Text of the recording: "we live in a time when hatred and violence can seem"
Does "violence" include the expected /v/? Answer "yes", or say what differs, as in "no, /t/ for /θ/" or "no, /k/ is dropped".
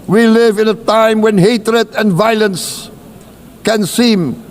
yes